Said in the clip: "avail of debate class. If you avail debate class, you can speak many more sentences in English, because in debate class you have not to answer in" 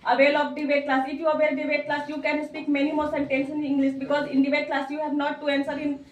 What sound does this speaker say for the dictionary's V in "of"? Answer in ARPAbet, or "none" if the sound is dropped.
B